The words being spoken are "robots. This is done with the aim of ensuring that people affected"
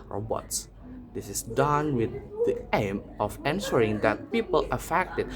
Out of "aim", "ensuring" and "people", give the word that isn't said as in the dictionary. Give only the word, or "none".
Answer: ensuring